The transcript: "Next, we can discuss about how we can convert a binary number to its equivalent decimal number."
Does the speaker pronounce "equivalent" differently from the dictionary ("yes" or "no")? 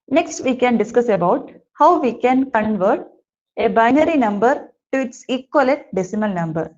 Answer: yes